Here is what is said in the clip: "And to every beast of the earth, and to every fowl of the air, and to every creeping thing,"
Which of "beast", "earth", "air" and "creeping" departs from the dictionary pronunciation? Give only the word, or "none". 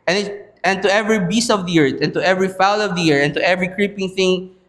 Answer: earth